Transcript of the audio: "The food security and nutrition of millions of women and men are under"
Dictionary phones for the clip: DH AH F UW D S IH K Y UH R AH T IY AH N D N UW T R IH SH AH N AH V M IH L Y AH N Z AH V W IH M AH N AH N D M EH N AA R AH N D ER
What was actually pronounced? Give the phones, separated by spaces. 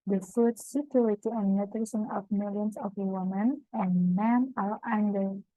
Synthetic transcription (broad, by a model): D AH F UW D S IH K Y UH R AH T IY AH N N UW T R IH S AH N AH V M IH L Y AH N S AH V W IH M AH N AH N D M EH N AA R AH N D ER